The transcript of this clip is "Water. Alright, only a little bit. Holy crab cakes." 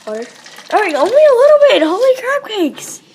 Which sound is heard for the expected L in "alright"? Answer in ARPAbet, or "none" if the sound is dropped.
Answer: none